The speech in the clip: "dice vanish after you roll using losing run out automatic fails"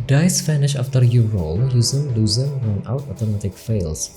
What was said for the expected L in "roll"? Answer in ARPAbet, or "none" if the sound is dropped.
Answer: L